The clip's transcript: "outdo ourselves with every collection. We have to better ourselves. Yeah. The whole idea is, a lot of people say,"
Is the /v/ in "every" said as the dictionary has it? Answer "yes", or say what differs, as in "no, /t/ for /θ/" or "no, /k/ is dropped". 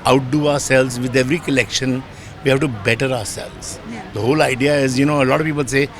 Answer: yes